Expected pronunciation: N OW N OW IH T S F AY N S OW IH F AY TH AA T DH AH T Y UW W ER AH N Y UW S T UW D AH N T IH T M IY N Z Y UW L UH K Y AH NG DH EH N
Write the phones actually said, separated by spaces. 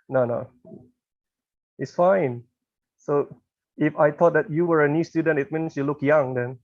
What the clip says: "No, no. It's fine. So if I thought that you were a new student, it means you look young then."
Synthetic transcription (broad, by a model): N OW N OW IH T S F AY N S OW IH F AY T AA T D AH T Y UW W ER AH N Y UW S T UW D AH N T IH T M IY N S Y UW L UH K Y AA NG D EH N